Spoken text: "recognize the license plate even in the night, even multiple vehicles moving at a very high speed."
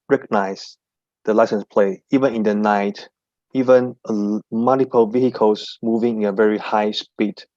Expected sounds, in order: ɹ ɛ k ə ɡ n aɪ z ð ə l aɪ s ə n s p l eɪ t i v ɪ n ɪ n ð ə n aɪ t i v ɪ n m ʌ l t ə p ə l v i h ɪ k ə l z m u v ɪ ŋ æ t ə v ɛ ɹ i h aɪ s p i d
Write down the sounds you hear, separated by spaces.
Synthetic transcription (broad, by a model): ɹ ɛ k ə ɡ n aɪ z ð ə l aɪ s ə n s p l eɪ i v ɪ n ɪ n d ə n aɪ t i v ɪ n m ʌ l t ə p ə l v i h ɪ k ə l s m u v ɪ ŋ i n ə v ɛ ɹ i h aɪ s p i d